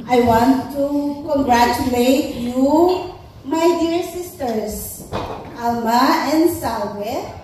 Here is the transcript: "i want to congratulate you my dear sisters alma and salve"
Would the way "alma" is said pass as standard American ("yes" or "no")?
yes